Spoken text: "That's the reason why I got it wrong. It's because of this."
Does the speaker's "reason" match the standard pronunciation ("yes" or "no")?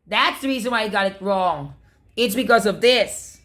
yes